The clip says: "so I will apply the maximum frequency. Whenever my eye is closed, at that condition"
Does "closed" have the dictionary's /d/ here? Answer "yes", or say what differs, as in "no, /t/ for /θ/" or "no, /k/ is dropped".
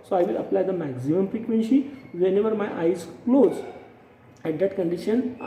no, /d/ is dropped